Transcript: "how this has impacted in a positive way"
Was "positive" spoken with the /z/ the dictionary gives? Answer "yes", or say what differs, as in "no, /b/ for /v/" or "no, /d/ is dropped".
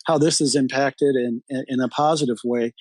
yes